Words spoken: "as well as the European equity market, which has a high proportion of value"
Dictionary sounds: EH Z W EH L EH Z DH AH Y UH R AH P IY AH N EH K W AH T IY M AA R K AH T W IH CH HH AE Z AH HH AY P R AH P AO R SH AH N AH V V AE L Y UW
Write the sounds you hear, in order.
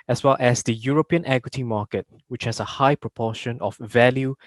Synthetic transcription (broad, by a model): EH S W EH L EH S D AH Y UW R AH P IY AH N EH K W AH T IY M AA K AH T W IH CH HH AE S AH HH AY P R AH P AO SH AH N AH F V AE L Y UW